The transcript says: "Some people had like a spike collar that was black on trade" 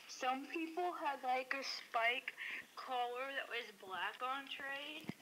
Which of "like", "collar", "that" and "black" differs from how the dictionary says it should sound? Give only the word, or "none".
none